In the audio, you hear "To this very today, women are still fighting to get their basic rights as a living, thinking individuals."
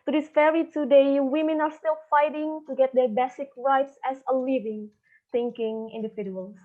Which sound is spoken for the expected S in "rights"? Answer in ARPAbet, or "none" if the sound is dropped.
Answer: S